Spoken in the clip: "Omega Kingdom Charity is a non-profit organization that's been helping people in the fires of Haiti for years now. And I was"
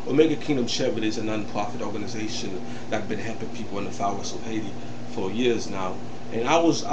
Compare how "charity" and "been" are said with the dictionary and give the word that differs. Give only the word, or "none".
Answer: charity